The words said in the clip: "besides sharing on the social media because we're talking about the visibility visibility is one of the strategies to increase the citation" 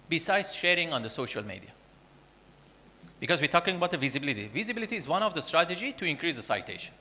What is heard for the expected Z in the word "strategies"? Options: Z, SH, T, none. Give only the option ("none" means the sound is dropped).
none